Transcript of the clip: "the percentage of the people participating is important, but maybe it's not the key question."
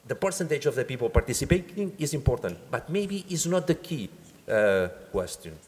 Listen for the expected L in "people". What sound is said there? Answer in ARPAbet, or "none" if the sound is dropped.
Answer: L